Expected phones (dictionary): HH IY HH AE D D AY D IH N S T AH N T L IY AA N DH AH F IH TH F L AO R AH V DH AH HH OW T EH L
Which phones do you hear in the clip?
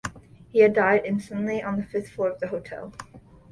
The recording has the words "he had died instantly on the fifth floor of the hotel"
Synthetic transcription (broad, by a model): HH IY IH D D AY D IH N S T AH N T L IY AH N DH AH F IH TH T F AO R AH V DH AH HH OW T EH L